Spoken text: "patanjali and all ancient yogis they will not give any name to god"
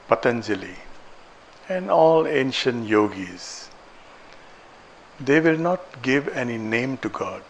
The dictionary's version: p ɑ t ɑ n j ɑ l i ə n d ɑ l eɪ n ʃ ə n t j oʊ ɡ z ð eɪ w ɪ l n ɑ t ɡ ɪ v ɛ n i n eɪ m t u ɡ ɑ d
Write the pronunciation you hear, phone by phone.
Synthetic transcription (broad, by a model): p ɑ t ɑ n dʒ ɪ l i ə n d ɑ l eɪ n ʃ ə n t j oʊ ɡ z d eɪ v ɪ l n ɑ t ɡ ɪ v ɛ n i n eɪ m t u ɡ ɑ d